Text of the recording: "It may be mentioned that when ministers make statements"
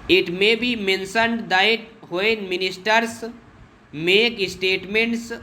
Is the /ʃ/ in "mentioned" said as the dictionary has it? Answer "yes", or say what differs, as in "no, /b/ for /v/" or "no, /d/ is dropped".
no, /s/ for /ʃ/